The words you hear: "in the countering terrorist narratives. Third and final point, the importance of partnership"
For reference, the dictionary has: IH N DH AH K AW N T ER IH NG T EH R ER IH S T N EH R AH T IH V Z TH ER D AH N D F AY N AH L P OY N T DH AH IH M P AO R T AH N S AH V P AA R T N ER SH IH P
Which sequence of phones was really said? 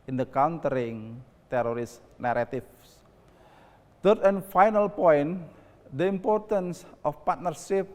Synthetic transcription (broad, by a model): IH N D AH K AW N T ER IH NG T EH R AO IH S N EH R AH T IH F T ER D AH N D F AY N AH L P OY N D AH IH M P AO R T AH N S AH F P AA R T N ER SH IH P